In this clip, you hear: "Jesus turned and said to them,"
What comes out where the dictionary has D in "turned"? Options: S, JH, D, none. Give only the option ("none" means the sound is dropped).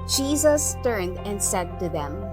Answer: D